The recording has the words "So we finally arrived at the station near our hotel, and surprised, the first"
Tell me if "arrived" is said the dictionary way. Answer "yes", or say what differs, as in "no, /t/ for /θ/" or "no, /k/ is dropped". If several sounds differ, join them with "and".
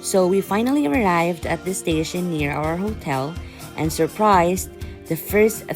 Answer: yes